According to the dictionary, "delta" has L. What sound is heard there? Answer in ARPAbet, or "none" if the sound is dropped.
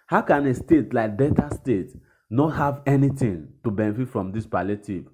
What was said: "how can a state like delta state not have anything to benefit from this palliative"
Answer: none